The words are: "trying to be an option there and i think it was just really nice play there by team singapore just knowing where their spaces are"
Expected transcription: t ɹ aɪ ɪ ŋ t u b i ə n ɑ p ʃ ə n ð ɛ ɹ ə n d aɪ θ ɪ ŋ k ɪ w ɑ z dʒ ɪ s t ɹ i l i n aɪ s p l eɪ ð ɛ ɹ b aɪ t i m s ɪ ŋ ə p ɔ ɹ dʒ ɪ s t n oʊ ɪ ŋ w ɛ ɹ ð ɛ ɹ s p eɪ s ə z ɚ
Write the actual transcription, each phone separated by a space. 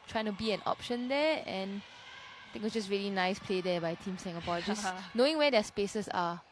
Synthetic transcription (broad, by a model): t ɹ aɪ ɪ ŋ t u b i ə n ɑ p ʃ ə n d ɛ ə n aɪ t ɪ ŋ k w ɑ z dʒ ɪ s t ɹ i l i n aɪ s p l eɪ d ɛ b aɪ t i m s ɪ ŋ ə p ɔ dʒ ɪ s n oʊ ɪ ŋ w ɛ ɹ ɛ s p eɪ s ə s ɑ